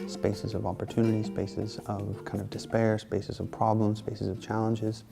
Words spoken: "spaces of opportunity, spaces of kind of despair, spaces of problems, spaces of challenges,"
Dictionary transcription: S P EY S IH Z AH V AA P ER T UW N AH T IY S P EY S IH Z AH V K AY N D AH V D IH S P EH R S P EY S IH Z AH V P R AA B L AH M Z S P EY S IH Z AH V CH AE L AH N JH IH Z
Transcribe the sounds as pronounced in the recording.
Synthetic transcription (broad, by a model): S P EY S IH Z AH V AA P ER T UW N AH T IY S P EY S IH Z AH V K AY N D AH V D IH S P EH R S P EY S IH Z AH V P R AA B L AH M Z S P EY S IH Z AH V CH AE L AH N JH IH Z